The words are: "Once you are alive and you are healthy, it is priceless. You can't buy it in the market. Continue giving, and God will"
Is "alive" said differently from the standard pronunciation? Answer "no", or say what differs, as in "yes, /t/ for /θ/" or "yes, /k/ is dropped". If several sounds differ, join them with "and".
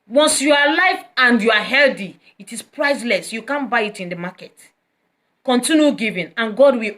yes, /f/ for /v/